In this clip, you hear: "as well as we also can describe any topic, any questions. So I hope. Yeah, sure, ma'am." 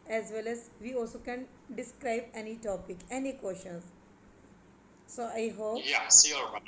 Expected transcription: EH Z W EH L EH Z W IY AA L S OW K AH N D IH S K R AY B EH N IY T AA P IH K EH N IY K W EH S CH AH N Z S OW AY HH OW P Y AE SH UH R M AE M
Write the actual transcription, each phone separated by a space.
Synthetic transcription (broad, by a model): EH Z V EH L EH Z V IY AA L S OW K AH N D IH S K R AY B EH N IY T AA P IH K EH N IY K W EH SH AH N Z S OW AY HH OW P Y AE S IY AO